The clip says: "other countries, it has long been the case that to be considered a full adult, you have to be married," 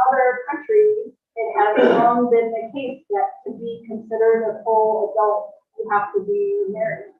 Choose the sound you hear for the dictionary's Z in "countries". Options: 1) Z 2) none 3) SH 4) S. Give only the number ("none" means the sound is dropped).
2